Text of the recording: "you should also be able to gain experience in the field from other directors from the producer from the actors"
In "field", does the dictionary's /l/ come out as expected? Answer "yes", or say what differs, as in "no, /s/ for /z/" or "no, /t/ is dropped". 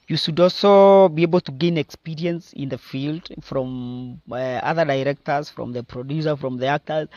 yes